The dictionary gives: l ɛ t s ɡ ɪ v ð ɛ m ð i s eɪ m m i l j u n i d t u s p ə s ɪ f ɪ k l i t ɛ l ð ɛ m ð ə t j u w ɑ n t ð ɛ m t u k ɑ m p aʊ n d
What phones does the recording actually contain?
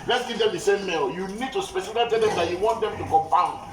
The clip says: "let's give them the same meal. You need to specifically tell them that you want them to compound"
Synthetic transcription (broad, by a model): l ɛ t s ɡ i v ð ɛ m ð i s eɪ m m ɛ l j u n i d t u s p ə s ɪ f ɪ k i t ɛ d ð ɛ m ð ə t j u w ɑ n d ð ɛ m t u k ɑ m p aʊ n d